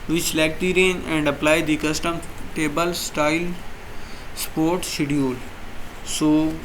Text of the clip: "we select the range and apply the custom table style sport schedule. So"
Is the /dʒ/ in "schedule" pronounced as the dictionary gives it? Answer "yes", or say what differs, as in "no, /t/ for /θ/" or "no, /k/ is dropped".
no, /dʒ/ is dropped